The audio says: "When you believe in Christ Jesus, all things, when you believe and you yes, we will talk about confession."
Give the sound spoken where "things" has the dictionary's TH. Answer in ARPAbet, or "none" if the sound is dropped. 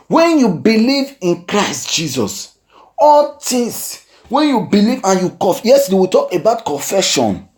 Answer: T